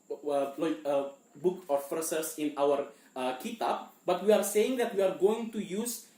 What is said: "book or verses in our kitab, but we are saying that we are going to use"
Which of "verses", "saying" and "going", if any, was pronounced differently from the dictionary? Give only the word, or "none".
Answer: verses